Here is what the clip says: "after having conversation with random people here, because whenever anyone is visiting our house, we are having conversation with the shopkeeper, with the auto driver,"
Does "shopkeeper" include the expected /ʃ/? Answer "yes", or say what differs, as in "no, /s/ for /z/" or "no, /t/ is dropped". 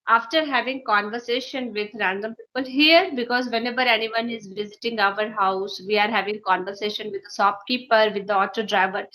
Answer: no, /s/ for /ʃ/